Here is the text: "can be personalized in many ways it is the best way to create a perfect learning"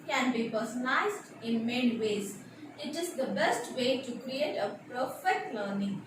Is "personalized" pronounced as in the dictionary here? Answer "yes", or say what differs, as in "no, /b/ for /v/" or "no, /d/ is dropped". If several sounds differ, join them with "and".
no, /l/ is dropped